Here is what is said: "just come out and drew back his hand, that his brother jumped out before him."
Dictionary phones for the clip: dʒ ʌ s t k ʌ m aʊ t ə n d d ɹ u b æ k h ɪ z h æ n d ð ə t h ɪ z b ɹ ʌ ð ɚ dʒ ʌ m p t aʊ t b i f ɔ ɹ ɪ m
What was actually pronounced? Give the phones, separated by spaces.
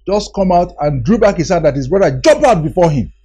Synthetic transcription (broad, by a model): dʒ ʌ s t k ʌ m aʊ t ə n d d ɹ u b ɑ k h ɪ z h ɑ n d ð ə t h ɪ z b ɹ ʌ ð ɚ dʒ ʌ m p aʊ t b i f ɔ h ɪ m